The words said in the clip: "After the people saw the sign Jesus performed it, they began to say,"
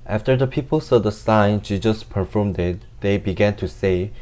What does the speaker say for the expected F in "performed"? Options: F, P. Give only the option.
F